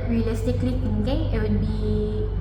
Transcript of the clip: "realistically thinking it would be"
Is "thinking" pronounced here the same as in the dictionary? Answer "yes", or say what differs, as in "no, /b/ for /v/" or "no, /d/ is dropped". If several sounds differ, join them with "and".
no, /t/ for /θ/